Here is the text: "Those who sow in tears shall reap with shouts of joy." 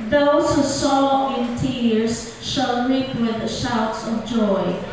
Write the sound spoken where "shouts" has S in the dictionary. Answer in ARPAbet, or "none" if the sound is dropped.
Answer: S